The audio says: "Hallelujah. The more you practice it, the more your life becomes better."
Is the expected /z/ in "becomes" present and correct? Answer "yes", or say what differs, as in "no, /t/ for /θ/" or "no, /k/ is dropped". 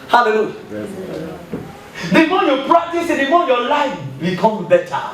no, /z/ is dropped